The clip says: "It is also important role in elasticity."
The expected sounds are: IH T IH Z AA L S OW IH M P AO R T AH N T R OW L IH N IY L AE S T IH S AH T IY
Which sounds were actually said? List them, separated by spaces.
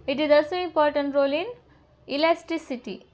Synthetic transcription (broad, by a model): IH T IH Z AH S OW IH M P AO R T AH N T R OW L IH N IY L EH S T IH S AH T IY